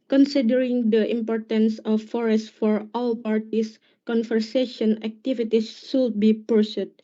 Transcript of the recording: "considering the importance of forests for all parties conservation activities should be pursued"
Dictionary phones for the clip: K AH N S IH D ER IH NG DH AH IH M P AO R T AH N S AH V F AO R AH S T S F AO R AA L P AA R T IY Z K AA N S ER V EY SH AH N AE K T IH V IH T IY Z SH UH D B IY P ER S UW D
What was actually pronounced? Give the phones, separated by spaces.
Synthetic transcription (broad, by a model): K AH N S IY D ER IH NG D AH IH M P AO R T AH N S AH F AO R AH S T F AO R AA L P AA R T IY S K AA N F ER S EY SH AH N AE K T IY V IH T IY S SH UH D B IY P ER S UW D